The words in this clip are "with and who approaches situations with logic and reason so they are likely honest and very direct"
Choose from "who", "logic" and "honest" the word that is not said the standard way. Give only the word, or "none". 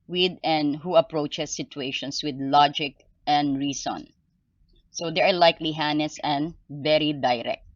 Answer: honest